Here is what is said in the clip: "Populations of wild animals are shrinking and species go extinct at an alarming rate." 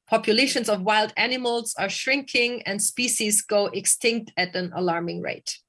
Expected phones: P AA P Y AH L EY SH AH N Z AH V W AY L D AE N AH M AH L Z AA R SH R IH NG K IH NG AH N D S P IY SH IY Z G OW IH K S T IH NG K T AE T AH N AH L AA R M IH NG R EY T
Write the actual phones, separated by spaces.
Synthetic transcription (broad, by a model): P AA P Y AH L EY SH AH N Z AH V W AY L D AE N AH M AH L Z AA R SH R IH NG K IH NG AH N D S P IY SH IY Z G OW IH K S T IH NG K T AE T AH N AH L AA R M IH NG R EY T